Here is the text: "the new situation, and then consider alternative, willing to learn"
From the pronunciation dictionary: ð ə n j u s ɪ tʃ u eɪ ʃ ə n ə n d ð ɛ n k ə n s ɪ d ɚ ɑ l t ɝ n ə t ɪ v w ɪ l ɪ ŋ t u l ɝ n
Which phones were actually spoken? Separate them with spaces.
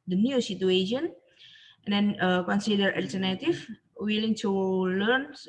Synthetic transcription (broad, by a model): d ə n j u s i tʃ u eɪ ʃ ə n ə n d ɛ n k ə n s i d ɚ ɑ l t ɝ n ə t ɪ f w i l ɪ ŋ t u l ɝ n